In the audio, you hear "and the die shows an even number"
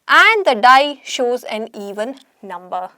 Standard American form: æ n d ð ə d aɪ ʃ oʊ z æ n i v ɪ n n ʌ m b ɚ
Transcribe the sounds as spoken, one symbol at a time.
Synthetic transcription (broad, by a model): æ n d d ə d aɪ ʃ oʊ z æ n i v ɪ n n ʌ m b ɚ